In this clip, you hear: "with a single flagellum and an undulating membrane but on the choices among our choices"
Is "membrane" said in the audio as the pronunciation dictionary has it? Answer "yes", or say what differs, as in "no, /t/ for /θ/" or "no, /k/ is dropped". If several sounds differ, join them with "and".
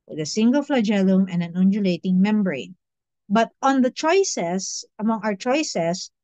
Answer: yes